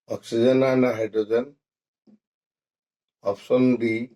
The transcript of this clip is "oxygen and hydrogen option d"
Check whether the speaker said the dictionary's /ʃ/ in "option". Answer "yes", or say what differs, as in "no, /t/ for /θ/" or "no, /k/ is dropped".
no, /s/ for /ʃ/